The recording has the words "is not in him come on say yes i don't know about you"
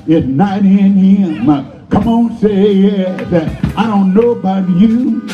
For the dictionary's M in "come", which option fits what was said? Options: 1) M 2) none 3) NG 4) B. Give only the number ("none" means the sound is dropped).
1